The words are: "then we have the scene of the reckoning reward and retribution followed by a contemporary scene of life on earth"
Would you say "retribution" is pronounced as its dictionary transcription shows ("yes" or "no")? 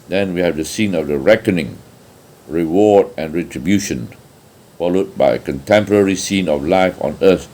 yes